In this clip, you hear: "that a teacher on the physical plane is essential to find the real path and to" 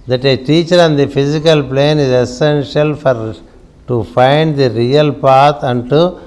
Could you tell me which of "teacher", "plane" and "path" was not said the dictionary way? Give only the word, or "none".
path